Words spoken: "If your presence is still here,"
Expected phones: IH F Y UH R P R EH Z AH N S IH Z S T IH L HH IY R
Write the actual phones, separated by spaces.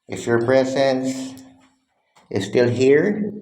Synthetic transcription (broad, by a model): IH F Y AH R P R EH Z AH N S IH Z S T IH L HH IY R